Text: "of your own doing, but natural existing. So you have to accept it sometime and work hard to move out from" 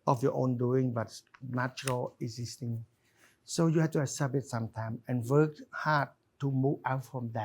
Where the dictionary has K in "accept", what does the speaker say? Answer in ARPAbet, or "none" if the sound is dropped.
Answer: none